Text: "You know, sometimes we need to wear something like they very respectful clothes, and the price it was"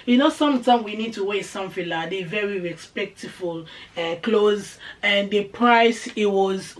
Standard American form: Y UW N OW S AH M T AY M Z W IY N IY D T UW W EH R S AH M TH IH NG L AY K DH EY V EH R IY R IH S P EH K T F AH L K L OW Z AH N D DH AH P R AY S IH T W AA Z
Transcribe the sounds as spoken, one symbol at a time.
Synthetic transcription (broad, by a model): Y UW N OW S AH M T AY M W IY N IY D T UW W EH S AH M F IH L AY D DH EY V EH R IY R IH S P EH K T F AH L K L OW Z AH N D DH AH P R AY S IH T W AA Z